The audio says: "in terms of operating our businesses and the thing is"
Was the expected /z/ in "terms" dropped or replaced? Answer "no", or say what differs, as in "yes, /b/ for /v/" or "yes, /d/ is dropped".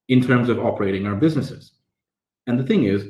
no